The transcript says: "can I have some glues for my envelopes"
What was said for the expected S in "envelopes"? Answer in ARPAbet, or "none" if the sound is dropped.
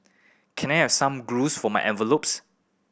S